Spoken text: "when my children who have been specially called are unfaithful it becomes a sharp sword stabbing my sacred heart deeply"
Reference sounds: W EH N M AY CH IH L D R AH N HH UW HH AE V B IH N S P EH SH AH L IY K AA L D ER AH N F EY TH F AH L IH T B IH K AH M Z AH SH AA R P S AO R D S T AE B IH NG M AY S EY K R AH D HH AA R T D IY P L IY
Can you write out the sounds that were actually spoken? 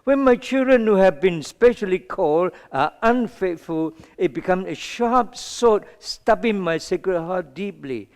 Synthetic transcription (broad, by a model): W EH N M AY CH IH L D R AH N HH UW HH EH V B IH N S P EH SH AH L IY K AA L D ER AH N F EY T F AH L IH T B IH K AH M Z AH SH AA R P S AO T S T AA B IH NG M AY S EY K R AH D HH AA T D IY P L IY